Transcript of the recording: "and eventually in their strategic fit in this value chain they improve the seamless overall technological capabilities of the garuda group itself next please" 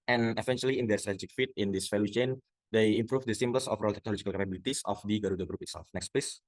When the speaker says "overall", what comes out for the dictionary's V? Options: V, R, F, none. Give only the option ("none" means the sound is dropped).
F